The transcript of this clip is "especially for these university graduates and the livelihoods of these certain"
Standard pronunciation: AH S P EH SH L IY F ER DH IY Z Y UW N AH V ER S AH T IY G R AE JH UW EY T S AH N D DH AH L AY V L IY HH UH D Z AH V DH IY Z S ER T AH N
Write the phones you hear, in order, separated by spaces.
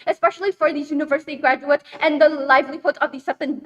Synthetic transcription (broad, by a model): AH S P EH SH L IY F ER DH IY Y UW N AH V ER S AH T IY G R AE JH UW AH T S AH N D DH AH L AY V L IY HH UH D AH V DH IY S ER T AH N